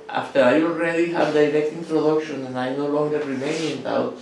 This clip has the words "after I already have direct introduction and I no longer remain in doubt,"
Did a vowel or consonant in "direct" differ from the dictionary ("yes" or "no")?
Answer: no